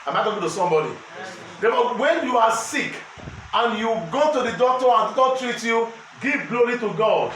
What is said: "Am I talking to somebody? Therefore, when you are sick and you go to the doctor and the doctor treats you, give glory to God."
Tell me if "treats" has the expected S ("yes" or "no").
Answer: no